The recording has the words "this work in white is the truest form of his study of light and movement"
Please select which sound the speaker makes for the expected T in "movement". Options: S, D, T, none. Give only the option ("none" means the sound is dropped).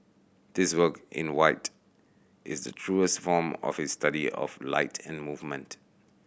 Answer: T